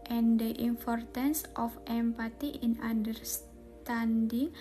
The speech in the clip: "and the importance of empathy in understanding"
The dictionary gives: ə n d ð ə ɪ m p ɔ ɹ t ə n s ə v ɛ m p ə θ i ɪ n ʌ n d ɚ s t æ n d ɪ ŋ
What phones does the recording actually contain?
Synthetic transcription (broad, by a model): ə n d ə ɪ m p ɔ ɹ t ə n s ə f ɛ m p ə t i ɪ n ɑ n d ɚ s t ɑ n d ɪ ŋ